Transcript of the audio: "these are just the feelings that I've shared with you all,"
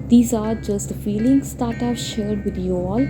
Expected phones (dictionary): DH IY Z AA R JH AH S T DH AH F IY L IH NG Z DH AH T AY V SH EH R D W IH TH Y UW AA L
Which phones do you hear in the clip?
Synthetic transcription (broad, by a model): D IY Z AA R JH AH S T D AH F IY L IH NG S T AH T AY P SH EH R D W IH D Y UW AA L